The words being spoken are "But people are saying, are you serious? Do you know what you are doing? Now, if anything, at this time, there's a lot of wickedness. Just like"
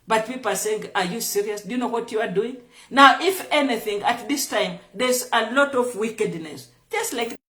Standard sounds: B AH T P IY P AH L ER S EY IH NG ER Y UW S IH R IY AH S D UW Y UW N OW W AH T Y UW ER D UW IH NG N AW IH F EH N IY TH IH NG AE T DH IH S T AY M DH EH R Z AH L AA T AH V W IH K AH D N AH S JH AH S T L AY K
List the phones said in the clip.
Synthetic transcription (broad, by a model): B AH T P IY P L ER S EY IH NG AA Y UW S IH R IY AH S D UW Y UW N OW W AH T Y UW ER D UW IH NG N AW IH F EH N IY TH IH NG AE T DH IH S T AY M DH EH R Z AH L AA T AH V W IH K AH D N AH S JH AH S T L AY K